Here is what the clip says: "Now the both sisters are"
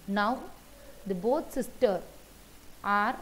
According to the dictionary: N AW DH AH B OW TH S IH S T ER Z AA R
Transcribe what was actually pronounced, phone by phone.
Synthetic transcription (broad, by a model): N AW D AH B OW T S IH S T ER AA R